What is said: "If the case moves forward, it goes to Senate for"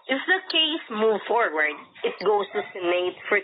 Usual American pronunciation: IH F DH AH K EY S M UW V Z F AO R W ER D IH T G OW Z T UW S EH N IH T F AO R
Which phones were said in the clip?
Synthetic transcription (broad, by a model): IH F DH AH K EY S M UW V F AO R W ER D IH T G OW S T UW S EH N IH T F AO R